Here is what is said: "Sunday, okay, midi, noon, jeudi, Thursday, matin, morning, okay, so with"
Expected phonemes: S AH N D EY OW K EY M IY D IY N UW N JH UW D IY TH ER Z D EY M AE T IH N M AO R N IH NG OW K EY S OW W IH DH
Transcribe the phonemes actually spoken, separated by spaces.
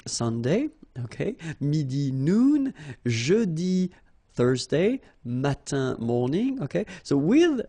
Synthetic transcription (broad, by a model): S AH N D EY OW K EY M IY D IY N UW N ZH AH D IY TH ER Z D EY M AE T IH M AO R N IH NG OW K EY S OW W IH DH